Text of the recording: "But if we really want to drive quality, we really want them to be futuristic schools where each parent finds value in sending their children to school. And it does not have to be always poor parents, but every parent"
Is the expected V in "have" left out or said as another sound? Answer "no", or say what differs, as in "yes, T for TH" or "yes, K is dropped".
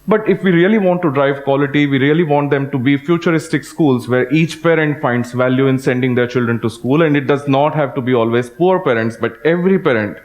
no